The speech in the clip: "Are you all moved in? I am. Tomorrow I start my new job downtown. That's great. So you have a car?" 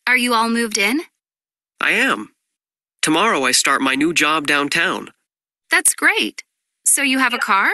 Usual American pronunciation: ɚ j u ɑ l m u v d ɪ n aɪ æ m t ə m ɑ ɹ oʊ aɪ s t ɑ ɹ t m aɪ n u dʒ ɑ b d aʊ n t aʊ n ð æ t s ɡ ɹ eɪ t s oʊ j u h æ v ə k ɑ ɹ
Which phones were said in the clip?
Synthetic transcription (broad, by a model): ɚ j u ɑ l m u v d ɪ n aɪ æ m t ə m ɑ ɹ oʊ aɪ s t ɑ ɹ t m aɪ n u dʒ ɑ b d aʊ n t aʊ n ð æ t s ɡ ɹ eɪ t s oʊ j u v ə k ɑ ɹ